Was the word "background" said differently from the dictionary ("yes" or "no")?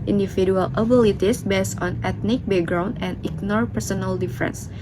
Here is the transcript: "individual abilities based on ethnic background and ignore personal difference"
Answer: yes